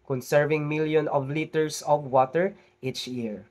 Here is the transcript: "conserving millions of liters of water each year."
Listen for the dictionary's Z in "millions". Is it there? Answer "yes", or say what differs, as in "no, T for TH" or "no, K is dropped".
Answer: no, Z is dropped